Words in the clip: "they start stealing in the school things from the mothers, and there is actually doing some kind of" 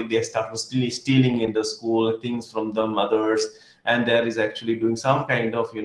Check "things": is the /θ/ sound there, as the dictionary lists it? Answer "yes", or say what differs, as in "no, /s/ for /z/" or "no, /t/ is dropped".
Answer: no, /t/ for /θ/